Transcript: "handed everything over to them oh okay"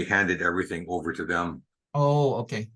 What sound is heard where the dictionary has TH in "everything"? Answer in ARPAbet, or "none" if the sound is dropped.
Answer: TH